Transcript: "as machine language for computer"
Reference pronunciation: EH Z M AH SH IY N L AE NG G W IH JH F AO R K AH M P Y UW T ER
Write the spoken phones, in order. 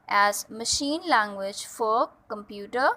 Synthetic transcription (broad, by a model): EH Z M AH SH IY N L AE NG G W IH JH F AO R K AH M P Y UW T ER